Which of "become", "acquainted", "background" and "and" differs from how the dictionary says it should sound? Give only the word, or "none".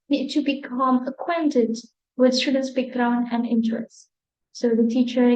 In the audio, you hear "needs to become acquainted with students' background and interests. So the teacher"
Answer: background